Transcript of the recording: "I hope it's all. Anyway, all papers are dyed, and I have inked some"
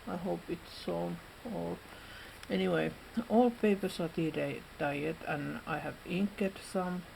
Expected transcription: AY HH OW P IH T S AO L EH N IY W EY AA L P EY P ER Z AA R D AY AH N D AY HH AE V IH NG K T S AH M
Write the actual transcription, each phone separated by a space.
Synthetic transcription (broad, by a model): AY HH OW P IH T S AO L EH N IY W EY AA L P EY P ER S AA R D AY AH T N AY HH AE V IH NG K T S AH M